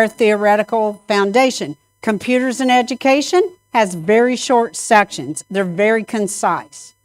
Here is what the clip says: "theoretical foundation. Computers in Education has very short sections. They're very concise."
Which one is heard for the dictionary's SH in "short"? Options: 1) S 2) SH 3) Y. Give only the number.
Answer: 2